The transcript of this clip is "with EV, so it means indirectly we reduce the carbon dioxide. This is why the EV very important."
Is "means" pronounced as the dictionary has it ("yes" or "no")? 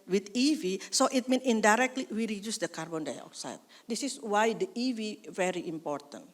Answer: no